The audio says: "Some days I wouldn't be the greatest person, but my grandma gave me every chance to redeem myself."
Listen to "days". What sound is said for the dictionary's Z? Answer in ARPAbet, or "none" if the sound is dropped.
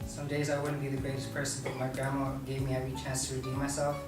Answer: Z